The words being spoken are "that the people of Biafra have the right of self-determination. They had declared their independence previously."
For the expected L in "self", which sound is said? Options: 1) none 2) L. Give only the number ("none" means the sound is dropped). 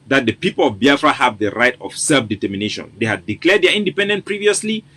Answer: 2